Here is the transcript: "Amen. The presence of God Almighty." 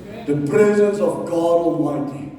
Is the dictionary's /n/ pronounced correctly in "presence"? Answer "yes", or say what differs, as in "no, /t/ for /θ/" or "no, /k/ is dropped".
yes